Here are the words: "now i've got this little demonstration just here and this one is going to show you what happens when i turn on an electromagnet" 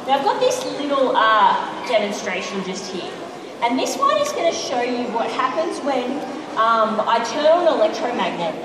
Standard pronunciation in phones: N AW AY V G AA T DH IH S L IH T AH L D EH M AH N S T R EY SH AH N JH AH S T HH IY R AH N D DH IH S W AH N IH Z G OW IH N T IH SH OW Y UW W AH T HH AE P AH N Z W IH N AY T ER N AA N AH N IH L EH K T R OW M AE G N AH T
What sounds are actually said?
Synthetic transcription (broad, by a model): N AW AY V G AA T DH IH S L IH T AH D EH M AH N S T R EY SH AH N JH AH S T HH IY R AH N DH IH S W AH N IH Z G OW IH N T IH SH OW Y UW W AH T HH AE P AH N Z W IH N AY T ER N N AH L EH K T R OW M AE G N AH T